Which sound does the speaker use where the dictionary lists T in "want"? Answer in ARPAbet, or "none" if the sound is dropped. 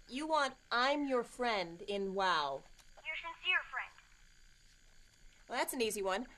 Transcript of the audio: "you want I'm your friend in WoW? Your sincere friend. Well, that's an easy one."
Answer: T